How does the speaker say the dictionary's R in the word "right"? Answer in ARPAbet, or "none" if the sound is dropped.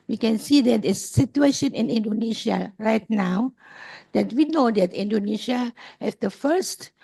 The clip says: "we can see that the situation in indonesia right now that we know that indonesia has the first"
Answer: R